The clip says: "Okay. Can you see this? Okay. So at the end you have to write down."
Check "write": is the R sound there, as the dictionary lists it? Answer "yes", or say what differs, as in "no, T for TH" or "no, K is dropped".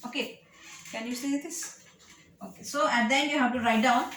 yes